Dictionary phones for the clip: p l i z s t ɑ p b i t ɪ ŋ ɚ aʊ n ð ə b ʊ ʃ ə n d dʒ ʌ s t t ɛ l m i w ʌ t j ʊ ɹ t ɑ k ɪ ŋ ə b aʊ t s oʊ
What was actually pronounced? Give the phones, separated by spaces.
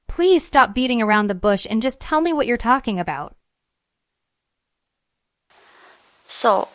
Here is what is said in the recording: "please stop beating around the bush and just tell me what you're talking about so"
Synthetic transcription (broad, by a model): p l i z s t ɑ p b i t ɪ ŋ ɚ aʊ n ð ə b ʊ ʃ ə n dʒ ʌ s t t ɛ l m i w ʌ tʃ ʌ ɹ t ɑ k ɪ ŋ ə b aʊ t s oʊ